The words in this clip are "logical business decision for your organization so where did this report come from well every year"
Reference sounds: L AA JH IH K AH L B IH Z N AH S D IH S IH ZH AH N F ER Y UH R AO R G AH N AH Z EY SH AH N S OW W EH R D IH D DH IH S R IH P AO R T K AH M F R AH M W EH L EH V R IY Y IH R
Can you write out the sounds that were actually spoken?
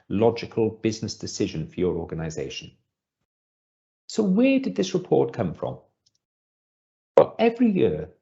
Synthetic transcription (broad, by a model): L AA JH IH K AH L B IH Z N AH S D IH S IH ZH AH N F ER Y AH R AO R G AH N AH Z EY SH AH N S OW W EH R D IH D DH IH S R IH P AO R T K AH M F R AH M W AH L EH V R IY Y IH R